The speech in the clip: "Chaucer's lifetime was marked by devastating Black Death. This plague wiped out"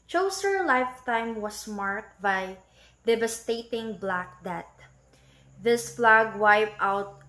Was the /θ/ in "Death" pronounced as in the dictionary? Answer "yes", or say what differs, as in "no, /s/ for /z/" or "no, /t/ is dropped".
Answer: no, /t/ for /θ/